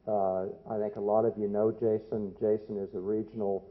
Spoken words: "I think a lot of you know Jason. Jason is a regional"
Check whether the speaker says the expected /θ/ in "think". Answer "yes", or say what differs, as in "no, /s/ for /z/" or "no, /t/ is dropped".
yes